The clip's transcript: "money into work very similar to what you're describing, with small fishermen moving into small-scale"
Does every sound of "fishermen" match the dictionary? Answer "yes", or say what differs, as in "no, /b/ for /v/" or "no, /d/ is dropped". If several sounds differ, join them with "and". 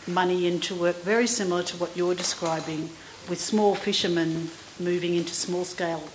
yes